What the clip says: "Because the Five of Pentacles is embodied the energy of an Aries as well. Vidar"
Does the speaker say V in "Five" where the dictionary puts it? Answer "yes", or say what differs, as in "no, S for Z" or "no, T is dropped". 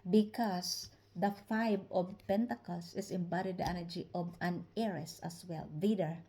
no, B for V